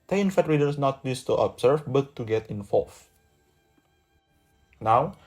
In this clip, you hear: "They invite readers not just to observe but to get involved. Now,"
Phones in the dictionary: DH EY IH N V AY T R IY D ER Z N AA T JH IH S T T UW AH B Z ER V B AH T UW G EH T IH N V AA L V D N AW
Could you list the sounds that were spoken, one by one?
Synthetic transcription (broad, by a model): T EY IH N F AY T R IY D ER S N AA T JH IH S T T UW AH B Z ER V B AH T UW G EH T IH N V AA L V N AW